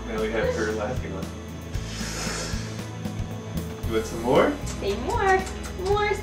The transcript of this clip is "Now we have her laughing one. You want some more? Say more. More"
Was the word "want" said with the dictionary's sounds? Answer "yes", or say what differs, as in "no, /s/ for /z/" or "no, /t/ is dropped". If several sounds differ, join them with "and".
no, /n/ is dropped